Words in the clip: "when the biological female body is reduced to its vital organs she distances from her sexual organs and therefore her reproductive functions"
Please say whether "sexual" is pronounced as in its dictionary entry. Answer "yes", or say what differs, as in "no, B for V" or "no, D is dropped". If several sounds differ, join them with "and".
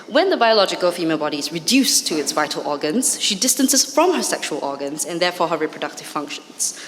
yes